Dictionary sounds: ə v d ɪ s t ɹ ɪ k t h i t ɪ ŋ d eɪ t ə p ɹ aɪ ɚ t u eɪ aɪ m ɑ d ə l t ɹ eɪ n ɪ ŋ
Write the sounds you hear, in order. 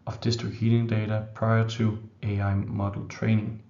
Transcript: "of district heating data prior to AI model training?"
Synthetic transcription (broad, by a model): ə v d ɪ s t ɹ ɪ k h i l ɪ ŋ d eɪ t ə p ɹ aɪ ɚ s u eɪ aɪ m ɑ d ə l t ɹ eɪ n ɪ ŋ